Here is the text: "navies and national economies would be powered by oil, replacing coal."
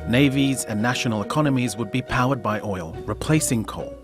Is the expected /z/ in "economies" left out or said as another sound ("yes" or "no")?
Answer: no